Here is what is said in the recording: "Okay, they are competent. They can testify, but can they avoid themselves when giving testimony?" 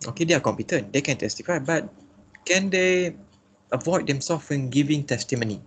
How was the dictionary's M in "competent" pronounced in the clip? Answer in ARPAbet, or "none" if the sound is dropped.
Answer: M